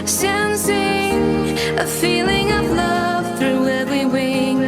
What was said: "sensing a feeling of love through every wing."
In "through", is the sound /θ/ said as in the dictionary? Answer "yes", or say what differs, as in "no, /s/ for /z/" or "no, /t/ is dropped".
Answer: yes